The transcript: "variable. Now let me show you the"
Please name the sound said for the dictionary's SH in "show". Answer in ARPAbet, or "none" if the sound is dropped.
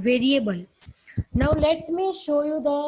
SH